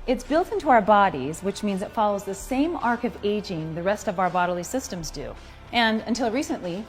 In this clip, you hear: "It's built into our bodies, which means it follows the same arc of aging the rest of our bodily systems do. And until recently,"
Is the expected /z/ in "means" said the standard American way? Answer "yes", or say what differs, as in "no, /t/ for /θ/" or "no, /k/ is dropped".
yes